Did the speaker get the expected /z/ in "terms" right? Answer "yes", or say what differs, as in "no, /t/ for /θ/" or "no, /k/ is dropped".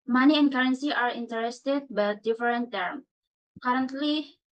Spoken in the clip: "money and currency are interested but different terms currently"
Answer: no, /z/ is dropped